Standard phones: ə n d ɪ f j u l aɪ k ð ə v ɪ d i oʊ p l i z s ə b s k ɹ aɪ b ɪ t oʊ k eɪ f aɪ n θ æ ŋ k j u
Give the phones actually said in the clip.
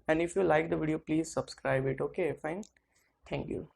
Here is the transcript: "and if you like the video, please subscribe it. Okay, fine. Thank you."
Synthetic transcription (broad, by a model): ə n d ɪ f j u l aɪ k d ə v ɪ d i oʊ p l i z s ə b s k ɹ aɪ b ɪ t oʊ k eɪ f aɪ n t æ ŋ k j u